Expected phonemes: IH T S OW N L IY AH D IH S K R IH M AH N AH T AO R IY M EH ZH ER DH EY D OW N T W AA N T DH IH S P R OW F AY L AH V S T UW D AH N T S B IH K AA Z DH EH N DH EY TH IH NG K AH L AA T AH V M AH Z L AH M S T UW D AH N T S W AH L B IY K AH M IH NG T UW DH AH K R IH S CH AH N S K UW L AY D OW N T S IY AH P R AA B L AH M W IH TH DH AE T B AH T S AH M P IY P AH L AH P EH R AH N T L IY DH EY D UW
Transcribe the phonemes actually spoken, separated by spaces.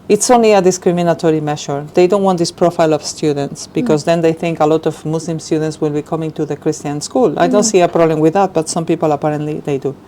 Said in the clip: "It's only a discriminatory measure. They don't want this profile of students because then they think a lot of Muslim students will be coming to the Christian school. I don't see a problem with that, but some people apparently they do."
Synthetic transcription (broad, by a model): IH T S OW N L IY AH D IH S K R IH M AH N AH T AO R IY M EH SH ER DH EY D OW N T W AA N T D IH S P R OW F AY L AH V S T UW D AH N T S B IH K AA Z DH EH N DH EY TH IH NG K AH L AA T AH V M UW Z L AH M S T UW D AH N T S W AH L B IY K AH M IH NG T UW DH AH K R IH S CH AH N S K UW L AY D OW N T S IY AH P R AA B L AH M W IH DH AE T B AH T S AH M P IY P AH L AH P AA R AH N T L IY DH EY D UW